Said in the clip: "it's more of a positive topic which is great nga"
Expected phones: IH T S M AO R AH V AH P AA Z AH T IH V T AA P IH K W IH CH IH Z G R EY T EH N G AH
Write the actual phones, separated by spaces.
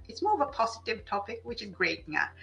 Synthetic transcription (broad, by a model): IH T S M AO R AH V AH P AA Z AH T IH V T AA P IH K W IH CH IH Z G R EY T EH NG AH